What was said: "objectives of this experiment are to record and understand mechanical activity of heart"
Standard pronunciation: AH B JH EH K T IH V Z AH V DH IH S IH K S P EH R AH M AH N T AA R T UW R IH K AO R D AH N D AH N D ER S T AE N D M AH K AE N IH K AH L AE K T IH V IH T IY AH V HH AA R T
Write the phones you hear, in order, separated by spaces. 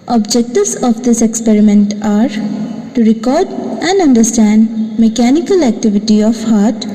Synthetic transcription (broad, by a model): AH B JH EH K T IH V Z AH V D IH S IH K S P EH R AH M AH N T AA R T UW R IH K AO R D AH N D AH N D ER S T AE N D M AH K AE N IH K AH L AE K T IH V IH T IY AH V HH AA R T